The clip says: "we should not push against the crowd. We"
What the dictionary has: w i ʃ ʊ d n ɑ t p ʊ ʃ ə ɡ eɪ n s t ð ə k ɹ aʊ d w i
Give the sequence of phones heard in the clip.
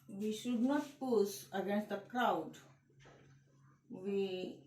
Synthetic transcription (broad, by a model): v i ʃ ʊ d n ɑ t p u s ə ɡ eɪ n s t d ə k ɹ aʊ d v i